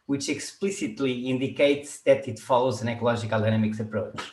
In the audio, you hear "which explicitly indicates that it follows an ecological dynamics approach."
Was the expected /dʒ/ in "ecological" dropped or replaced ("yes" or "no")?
yes